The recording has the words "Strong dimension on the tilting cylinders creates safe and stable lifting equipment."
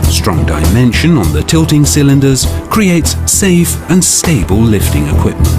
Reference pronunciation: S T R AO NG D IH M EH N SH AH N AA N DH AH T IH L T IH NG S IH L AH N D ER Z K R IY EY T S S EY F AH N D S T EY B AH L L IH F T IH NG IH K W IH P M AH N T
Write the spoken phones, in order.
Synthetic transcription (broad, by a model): S T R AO NG D IH M EH N SH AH N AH N DH AH T IH L T IH NG S IH L AH N D ER Z K R IY EY T S S EY F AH N S T EY B AH L L IH F T IH NG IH K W IH P M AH N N